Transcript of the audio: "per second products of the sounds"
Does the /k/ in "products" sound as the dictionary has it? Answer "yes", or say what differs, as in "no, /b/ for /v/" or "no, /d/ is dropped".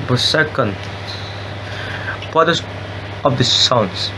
no, /k/ is dropped